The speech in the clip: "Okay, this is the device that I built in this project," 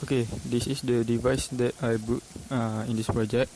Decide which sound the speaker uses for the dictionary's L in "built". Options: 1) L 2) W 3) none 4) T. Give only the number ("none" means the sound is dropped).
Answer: 3